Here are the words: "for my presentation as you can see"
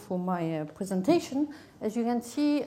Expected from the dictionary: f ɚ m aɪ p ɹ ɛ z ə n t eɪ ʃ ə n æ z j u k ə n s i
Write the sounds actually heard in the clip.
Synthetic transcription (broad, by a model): f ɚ m aɪ p ɹ ɛ z ə n t eɪ ʃ ə n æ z j u k ə n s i